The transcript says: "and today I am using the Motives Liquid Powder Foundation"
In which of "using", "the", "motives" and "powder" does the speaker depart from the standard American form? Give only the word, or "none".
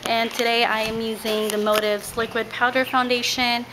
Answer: none